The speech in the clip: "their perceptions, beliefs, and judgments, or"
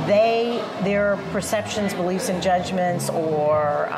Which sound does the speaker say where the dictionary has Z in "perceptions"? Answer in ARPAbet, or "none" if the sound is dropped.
Z